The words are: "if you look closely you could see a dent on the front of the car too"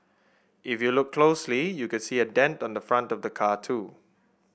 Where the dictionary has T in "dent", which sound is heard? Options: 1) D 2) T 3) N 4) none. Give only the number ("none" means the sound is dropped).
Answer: 2